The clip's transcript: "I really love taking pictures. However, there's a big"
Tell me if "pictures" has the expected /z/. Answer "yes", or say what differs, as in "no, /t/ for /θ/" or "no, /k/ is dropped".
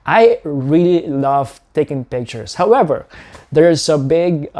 no, /s/ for /z/